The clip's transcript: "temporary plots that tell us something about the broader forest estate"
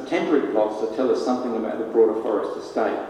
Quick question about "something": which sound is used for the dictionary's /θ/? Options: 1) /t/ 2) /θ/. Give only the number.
2